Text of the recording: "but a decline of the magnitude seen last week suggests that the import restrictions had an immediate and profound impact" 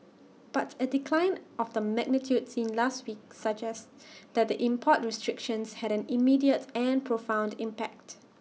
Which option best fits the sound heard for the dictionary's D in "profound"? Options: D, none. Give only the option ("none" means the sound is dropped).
D